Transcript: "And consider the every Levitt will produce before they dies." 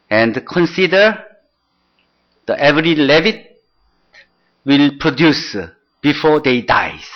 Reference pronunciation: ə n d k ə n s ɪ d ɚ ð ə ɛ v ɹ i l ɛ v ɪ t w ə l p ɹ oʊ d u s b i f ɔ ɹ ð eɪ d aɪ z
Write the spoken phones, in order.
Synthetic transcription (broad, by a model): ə n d k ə n s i d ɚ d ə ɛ v ɹ i l ɛ v ɪ t w ə l p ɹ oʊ d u s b i f ɔ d eɪ d aɪ